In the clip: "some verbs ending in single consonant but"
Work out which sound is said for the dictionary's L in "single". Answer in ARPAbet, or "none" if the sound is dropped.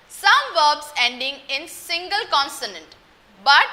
L